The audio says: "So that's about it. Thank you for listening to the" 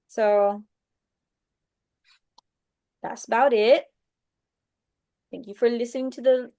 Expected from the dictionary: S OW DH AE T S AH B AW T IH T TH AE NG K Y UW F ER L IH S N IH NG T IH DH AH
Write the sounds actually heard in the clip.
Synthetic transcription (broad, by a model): S OW DH AE T S AH B AW T IH T TH AE NG K Y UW F ER L IH S N IH NG T IH DH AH